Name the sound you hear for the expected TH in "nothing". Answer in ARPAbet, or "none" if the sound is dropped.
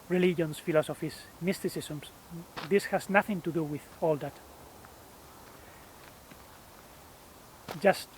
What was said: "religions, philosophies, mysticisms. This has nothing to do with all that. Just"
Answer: TH